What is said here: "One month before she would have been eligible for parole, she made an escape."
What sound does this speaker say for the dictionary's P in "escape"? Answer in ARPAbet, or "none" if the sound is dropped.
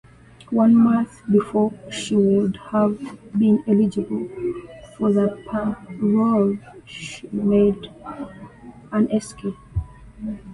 none